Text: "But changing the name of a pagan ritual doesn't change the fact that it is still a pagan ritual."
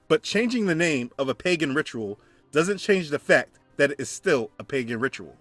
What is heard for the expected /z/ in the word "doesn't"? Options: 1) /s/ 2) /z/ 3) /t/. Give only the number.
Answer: 2